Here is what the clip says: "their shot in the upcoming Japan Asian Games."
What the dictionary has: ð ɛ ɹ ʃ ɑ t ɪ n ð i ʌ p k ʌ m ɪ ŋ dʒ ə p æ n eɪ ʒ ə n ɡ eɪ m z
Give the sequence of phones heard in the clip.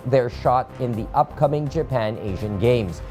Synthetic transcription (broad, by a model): ð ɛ ɹ ʃ ɑ t ɪ n ð i ʌ p k ʌ m ɪ ŋ dʒ ə p æ n eɪ ʒ ə n ɡ eɪ m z